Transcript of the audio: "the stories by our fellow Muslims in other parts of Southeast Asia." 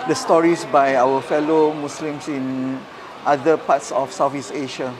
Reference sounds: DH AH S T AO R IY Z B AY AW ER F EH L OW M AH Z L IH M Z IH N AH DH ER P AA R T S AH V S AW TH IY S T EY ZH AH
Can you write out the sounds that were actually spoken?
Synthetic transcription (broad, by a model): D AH S T AO R IY S B AY AW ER F EH L OW M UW S L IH M S IH N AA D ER P AA T S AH F S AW F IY S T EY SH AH